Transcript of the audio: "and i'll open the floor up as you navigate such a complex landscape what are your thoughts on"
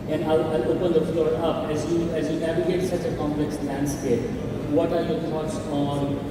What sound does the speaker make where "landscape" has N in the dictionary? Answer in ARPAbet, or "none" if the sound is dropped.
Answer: N